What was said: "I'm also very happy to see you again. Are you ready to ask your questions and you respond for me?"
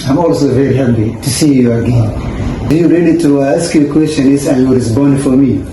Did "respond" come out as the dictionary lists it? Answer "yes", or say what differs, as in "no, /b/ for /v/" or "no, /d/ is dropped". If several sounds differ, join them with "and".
no, /b/ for /p/